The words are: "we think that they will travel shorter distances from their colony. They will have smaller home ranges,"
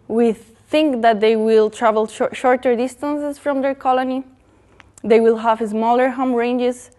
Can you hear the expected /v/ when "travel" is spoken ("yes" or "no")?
yes